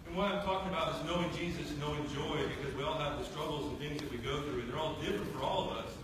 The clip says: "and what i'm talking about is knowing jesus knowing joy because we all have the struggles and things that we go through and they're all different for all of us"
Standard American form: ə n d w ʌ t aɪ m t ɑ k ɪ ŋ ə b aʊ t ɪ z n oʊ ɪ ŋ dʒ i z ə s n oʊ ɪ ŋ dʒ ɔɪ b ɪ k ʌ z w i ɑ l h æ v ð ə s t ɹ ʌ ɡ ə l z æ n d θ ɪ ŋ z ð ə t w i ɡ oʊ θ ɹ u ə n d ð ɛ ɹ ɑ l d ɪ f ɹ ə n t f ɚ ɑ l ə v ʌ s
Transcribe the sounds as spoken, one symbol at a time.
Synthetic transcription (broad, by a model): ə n w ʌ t aɪ m t ɑ k ɪ ŋ ə b aʊ t ɪ z n oʊ ɪ ŋ dʒ i z ə s n oʊ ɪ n dʒ ɔɪ b ɪ k ʌ z w i ɑ l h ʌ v ð ə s t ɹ ʌ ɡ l z n θ ɪ ŋ z ð ə t w i ɡ oʊ θ ɹ u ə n ð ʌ ɹ ɑ l d ɪ f ɹ ə n t f ɚ ɑ l ə v ʌ s